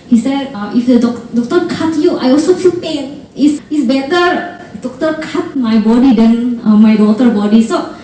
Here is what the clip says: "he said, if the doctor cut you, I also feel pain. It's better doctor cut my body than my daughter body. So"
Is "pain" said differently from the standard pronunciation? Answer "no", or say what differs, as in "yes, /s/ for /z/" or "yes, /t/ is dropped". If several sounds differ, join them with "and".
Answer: no